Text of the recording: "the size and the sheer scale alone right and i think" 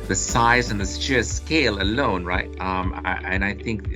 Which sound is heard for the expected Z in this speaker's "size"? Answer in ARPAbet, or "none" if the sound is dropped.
Z